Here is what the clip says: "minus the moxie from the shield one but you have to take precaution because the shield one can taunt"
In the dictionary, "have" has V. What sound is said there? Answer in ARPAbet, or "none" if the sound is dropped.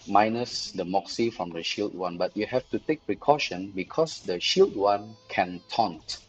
F